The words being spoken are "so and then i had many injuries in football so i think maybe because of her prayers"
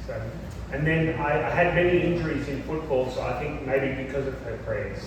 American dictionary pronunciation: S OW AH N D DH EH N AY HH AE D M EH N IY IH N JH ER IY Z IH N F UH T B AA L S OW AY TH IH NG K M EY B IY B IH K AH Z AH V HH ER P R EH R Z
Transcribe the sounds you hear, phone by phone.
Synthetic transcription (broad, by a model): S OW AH N DH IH N AY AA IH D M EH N IY IH N JH ER IY Z IH N F UH T B AA L S OW AY TH IH NG K M EY B IY B IH K AH Z AH V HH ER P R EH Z